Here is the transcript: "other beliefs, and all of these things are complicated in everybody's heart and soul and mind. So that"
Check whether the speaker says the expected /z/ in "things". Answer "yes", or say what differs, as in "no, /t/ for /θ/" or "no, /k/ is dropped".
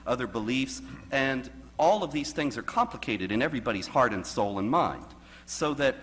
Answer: yes